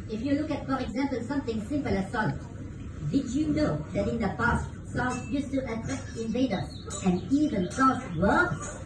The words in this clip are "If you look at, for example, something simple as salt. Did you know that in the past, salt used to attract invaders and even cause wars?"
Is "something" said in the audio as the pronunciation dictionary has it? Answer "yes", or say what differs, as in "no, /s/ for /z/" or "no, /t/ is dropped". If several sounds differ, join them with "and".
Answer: no, /t/ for /θ/